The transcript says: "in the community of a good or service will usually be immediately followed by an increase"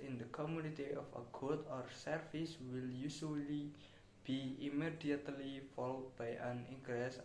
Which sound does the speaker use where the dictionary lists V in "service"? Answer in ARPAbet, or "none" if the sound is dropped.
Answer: F